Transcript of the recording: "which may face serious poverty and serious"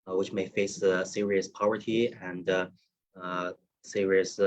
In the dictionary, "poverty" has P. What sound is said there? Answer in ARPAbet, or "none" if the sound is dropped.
P